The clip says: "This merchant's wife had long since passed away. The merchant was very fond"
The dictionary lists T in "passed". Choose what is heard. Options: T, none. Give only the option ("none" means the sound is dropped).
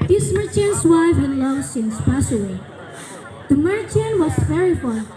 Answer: none